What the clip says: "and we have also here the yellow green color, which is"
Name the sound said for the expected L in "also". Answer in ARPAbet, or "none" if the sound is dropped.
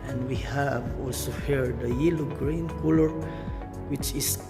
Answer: L